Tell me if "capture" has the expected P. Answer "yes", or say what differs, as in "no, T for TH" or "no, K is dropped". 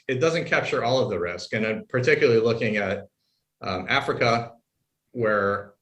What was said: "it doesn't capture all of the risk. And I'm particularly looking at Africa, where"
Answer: yes